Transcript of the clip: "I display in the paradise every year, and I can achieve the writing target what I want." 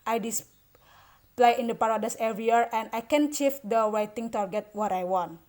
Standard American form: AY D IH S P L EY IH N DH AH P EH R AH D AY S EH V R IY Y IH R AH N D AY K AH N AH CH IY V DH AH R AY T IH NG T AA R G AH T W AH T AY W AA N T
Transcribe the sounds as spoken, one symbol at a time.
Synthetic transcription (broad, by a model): AY D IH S P L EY IH N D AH P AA R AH D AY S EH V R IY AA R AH N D AY K AH N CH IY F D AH W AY T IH NG T AA R G AH T W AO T AY W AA N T